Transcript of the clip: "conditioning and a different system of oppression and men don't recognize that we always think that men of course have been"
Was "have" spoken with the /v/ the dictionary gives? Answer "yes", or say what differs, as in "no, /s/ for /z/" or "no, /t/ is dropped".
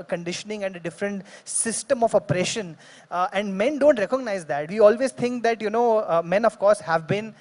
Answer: yes